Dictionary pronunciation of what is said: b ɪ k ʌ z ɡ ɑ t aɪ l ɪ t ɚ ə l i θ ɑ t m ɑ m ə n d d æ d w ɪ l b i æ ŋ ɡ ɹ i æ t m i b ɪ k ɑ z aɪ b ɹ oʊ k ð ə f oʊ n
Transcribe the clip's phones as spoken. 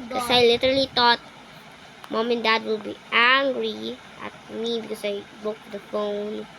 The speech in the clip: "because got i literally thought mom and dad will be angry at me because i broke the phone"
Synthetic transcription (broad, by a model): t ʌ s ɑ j l ɪ t ɚ ə l i t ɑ t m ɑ m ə n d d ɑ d w ɪ l b i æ ŋ ɡ ɹ i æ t m i b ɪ k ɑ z aɪ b oʊ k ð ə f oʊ n